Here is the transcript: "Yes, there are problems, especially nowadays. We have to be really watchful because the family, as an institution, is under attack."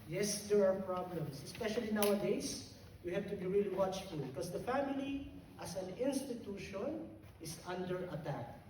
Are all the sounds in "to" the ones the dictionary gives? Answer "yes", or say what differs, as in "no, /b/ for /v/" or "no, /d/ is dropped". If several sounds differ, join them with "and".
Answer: yes